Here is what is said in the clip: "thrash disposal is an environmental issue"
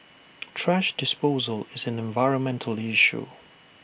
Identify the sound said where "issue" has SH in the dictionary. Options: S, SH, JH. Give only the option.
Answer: SH